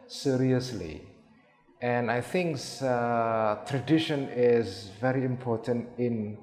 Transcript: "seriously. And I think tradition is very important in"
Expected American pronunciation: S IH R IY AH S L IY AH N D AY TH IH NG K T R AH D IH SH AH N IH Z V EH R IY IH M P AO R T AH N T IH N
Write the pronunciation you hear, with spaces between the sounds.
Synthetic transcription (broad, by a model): S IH R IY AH S L IY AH N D AY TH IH NG K T R AH D IH SH AH N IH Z V EH R IY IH M P AO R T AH N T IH N